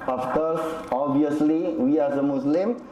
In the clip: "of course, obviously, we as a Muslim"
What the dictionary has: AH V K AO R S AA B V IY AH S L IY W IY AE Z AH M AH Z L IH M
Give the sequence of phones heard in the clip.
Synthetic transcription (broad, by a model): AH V K AO R S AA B IY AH S L IY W IY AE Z AH M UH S L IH M